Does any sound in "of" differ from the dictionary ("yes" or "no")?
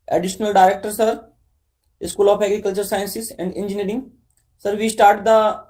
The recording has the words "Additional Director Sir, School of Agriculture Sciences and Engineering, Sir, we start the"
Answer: yes